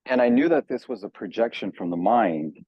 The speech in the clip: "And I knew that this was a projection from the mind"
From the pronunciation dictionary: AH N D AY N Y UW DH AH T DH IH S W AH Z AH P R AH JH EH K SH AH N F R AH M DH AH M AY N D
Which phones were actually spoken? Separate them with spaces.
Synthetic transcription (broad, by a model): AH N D AY N Y UW DH AH T DH IH S W AH Z AH P R AH JH EH K SH AH N F R AH M DH AH M AY N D